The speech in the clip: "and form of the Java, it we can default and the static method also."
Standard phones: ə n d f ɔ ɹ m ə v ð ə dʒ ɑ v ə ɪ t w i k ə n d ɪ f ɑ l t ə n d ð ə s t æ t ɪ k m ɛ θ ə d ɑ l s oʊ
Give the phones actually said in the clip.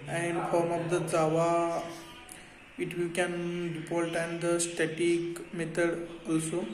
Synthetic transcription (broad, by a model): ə n d f ɔ ɹ m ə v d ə z ɑ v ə ɪ t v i k ə n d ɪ p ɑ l t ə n d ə s t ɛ t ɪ k m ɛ t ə d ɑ l s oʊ